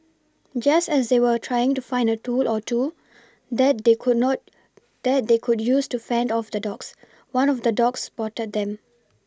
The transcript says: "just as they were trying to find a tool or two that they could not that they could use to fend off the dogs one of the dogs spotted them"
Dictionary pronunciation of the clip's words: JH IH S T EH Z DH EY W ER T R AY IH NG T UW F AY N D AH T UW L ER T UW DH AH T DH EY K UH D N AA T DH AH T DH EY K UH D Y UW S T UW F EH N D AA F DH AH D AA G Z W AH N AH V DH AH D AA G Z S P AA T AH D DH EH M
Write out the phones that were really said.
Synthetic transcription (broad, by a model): JH IH S T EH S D EY W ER T R AY IH NG T UW F AY N D AH T UW L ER T UW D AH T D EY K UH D N AA T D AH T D EY K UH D Y UW S T UW F EH N D AA F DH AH D AA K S W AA N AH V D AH D AA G S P AA T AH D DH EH M